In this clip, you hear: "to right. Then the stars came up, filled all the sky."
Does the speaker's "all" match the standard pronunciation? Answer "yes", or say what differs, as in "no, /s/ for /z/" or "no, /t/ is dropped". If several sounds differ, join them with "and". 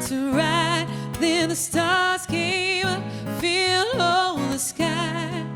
no, /n/ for /l/